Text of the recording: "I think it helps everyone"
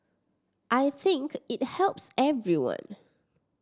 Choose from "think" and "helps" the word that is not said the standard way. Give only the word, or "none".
none